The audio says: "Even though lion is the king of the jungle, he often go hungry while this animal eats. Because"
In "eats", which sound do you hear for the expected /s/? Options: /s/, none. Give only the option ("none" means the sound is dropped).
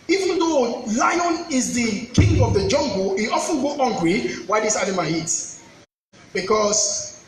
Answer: none